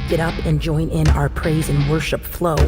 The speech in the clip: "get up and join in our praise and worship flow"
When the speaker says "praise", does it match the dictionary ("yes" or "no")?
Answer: yes